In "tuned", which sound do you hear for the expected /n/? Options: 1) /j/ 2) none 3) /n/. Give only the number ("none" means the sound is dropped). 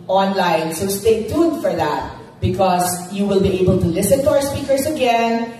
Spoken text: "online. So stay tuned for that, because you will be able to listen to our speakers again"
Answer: 2